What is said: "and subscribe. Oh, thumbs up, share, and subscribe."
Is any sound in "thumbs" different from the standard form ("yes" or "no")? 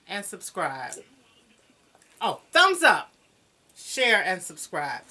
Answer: no